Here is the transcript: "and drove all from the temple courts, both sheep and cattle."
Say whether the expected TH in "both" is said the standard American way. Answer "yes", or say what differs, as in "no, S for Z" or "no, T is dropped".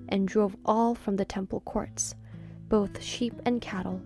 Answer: yes